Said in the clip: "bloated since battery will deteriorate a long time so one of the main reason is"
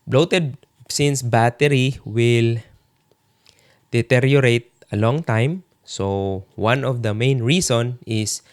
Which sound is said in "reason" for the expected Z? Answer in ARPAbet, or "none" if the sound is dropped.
S